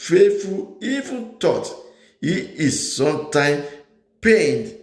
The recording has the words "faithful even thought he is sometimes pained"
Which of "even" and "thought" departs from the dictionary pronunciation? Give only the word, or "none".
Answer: thought